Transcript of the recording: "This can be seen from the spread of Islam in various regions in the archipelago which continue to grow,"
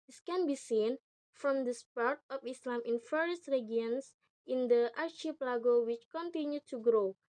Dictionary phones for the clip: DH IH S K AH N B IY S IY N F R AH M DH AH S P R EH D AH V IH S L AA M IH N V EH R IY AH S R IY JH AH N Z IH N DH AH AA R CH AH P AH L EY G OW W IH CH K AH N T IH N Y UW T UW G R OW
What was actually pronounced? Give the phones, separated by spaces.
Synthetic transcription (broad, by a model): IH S K AH N B IY S IY N F R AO M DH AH S P AO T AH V IH S L AA M IH N F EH R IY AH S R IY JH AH N S IH N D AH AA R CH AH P L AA G OW W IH CH K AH N T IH N Y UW T UW G R OW